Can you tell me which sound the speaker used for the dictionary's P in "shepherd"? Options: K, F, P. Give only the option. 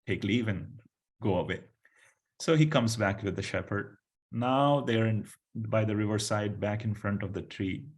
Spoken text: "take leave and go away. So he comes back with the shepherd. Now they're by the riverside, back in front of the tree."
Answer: P